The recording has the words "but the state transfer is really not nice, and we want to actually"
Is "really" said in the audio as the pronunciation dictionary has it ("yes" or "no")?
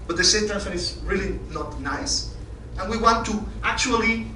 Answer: yes